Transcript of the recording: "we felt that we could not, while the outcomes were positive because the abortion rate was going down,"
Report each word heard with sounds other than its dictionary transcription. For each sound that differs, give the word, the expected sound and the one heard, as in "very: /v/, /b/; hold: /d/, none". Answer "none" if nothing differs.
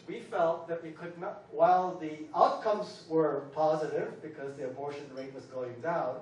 none